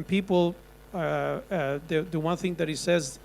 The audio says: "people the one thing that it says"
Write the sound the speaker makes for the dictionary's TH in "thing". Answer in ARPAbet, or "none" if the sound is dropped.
TH